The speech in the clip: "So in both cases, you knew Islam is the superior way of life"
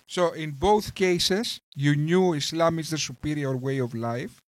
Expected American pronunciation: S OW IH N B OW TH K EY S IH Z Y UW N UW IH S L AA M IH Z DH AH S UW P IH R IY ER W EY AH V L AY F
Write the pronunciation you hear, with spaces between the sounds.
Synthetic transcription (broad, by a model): S OW IH N B OW TH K EY S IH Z Y UW N UW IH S L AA M IH Z DH AH S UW P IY R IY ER W EY AH V L AY F